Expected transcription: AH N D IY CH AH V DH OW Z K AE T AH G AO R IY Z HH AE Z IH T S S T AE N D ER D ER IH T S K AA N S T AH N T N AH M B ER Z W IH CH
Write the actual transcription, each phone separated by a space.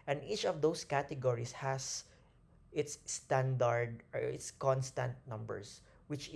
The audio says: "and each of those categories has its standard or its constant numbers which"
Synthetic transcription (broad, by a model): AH N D IY CH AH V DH OW S K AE T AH G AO R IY S HH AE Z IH T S S T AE N D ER D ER IH T S K AA N S T AH N T N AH M B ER S W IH CH